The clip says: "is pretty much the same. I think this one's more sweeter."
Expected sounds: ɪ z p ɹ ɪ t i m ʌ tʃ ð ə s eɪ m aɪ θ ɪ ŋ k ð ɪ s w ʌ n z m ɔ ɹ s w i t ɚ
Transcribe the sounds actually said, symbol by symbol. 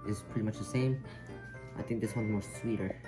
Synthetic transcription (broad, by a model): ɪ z p ɹ ɪ t i m ʌ tʃ ð ə s eɪ m aɪ θ ɪ ŋ k ð ɪ s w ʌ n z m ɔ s s w i t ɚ